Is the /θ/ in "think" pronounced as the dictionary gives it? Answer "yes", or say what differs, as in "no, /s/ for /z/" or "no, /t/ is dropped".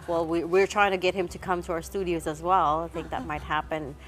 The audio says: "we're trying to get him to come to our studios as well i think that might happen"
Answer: yes